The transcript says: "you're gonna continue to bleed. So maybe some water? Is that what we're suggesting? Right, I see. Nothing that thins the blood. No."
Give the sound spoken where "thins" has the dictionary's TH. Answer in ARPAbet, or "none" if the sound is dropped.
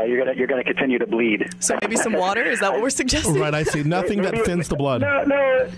F